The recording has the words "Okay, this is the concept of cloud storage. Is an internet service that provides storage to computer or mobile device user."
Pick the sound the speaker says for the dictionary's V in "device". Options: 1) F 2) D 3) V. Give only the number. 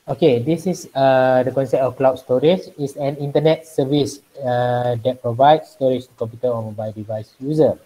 3